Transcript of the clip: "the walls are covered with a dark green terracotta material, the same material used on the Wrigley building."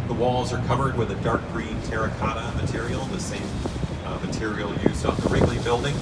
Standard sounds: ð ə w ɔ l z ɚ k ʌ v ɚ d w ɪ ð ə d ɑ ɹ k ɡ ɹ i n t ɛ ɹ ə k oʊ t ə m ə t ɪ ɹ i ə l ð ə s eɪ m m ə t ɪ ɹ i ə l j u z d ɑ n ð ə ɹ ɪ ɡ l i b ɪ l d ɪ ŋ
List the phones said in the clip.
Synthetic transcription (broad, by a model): ð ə w ɔ l z ɚ k ʌ v ɚ d w ɪ ð ə d ɑ ɹ k ɡ ɹ i n t ɛ ɹ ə k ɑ t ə m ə t ɪ ɹ i l ð ə s eɪ m m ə t ɪ ɹ i l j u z ɑ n ð ə ɹ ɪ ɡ l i b ɪ l d ɪ ŋ